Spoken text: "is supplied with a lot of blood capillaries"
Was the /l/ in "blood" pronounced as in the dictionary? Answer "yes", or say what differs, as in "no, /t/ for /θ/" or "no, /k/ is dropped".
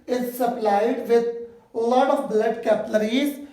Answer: yes